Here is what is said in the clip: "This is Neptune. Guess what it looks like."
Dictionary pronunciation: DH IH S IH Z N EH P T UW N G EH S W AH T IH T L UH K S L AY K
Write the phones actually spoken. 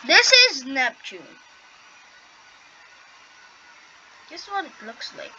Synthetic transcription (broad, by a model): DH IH S IH Z N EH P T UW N G EH S W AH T IH T L UH K S L AY K